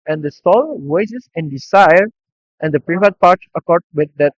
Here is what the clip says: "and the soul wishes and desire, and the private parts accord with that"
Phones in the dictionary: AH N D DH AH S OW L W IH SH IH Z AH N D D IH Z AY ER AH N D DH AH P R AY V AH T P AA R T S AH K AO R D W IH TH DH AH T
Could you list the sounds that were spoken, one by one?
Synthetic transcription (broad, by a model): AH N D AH S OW L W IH S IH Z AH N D D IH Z AY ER AH N D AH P R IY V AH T P AA R T S AH K AO R D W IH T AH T